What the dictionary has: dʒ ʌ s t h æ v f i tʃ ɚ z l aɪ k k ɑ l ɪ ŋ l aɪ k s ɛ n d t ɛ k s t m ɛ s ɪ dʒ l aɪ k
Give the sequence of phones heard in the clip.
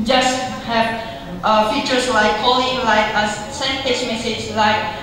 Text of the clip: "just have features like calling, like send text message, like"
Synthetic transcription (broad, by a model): dʒ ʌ s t h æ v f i tʃ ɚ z l aɪ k k ɑ l ɪ ŋ l aɪ k s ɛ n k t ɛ s m ɛ s ɪ dʒ l aɪ k